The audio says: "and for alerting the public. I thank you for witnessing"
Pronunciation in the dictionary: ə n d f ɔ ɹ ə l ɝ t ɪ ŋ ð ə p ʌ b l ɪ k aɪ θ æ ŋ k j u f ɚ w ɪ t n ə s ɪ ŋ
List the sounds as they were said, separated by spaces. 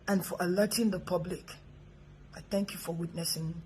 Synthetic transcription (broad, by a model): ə n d f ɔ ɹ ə l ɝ t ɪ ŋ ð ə p ʌ b l ɪ k aɪ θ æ ŋ k j u f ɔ w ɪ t n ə s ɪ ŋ